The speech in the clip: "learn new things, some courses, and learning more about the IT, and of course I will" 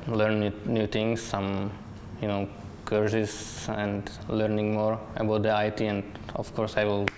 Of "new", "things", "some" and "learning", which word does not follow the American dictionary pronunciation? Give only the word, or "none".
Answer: things